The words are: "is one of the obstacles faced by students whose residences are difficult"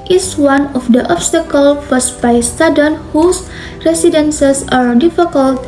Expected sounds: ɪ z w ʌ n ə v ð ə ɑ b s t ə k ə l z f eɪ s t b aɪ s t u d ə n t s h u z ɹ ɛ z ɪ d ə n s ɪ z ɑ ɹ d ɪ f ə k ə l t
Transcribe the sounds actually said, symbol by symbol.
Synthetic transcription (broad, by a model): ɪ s w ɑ n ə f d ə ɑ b s t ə k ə l f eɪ s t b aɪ s t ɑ d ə n h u s ɹ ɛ s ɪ d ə n s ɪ s ɑ ɹ d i f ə k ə l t